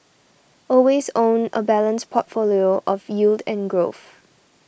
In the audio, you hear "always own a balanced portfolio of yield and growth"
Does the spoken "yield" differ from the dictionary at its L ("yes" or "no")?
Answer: no